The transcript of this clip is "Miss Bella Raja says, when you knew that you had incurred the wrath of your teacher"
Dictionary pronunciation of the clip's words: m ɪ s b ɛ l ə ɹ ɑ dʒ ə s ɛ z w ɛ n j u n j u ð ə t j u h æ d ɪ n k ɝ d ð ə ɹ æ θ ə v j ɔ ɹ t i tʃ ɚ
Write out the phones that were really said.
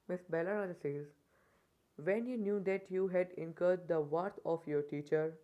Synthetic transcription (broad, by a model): m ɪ s b ɛ l ə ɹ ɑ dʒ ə s ɛ z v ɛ n j u n j u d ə t j u h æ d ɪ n k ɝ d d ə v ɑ t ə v j ɔ ɹ t i tʃ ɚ